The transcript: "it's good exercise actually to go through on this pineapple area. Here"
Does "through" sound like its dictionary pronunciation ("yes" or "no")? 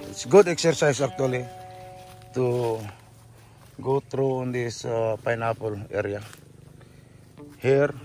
no